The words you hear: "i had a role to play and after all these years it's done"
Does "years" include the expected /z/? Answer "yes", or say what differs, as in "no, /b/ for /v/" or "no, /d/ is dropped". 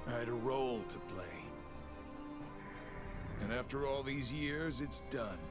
yes